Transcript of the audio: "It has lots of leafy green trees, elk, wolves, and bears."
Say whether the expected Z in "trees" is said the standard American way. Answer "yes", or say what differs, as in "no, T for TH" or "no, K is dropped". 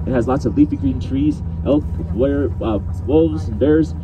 yes